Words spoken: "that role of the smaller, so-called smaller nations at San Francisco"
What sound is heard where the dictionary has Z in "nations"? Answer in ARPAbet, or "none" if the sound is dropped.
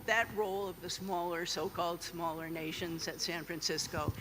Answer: Z